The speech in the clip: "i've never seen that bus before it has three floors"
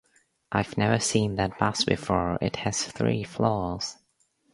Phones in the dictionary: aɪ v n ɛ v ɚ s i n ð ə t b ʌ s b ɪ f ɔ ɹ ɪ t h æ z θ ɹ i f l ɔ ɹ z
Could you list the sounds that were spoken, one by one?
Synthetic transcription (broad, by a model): aɪ v n ɛ v ɚ s i n ð ə t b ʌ s b ɪ f ɔ ɹ ɪ t h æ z θ ɹ i f l ɔ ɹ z